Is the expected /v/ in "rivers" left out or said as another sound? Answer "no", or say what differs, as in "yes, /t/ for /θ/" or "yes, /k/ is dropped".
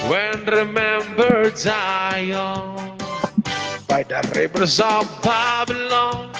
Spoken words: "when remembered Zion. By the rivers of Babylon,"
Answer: yes, /b/ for /v/